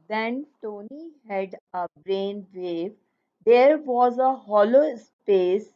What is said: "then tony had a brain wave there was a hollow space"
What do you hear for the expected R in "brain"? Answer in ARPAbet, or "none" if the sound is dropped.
R